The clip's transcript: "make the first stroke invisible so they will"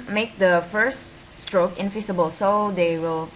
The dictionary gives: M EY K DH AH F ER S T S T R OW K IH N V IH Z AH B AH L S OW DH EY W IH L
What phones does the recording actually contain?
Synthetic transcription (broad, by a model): M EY K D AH F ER S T S T R OW K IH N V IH S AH B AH L S OW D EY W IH L